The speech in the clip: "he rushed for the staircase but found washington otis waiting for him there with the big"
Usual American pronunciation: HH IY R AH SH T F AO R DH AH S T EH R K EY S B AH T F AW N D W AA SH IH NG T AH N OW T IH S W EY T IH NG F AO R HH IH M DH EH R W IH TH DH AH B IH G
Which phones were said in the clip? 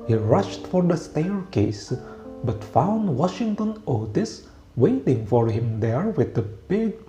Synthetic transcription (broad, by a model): HH IY R AH SH T F AO R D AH S T EH R K EY S B AH T F AW N D W AA SH IH NG T AH N OW T IH S W EY T IH NG F AO R HH IH M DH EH R W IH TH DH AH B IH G